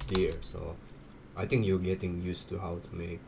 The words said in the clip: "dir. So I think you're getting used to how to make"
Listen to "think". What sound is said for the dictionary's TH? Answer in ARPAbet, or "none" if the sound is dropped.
T